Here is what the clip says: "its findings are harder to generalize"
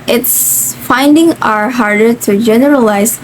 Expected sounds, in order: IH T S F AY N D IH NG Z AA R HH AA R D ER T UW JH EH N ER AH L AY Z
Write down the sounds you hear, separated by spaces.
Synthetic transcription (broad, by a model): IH T S F AY N D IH NG AA R HH AA R D ER T UW JH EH N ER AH L AY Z